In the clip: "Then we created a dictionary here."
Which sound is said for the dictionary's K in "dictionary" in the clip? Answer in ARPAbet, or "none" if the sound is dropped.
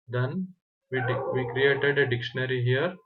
K